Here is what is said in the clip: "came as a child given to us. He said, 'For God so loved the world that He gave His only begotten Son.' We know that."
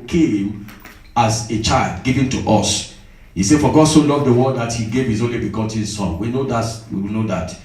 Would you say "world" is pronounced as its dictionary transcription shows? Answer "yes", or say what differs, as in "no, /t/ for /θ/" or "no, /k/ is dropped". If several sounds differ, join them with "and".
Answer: no, /l/ is dropped